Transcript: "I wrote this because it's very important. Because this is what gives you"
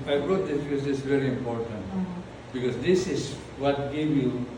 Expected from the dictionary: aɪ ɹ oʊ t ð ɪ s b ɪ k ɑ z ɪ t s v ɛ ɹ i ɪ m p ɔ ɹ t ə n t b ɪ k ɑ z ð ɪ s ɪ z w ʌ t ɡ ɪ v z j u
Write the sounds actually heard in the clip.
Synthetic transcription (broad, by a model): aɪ ɹ oʊ t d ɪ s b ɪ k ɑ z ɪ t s v ɛ ɹ i ɪ m p ɔ ɹ t ə n t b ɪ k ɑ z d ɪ s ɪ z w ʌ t ɡ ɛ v j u